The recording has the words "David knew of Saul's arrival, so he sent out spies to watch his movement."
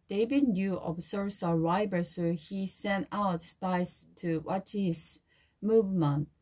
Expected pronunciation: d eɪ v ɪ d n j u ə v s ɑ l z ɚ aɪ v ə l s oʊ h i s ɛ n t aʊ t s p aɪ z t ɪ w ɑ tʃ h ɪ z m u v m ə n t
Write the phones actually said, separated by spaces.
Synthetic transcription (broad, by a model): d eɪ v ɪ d n j u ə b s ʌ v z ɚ aɪ b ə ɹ s oʊ h i s ɛ n t aʊ t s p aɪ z t ɪ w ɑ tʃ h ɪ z m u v m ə n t